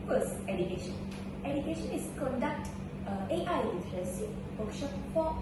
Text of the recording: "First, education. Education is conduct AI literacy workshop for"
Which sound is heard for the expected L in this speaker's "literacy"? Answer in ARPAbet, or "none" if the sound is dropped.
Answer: N